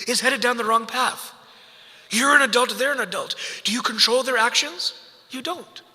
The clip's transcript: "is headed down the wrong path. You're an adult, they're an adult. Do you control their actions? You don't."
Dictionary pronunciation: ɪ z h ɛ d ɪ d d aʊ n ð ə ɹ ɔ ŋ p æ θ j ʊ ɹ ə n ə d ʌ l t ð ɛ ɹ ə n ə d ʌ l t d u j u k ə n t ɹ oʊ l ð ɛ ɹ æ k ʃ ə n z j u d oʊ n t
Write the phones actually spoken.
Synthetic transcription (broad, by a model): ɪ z h ɛ d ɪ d d aʊ n ð ə ɹ ɔ ŋ p æ θ j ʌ ɹ ə n ə d ʌ l t ð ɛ ɹ ə n ə d ʌ l t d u j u k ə n t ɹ oʊ l ð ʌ ɹ æ k ʃ ə n z j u d oʊ n t